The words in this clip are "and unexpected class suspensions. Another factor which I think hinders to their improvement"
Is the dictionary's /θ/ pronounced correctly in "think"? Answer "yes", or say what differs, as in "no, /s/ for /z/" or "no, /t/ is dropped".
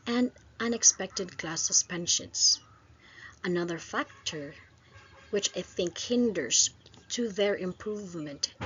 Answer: yes